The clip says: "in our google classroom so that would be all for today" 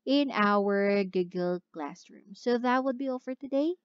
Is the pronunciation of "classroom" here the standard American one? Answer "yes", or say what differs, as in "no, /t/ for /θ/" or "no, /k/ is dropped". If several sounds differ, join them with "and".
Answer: yes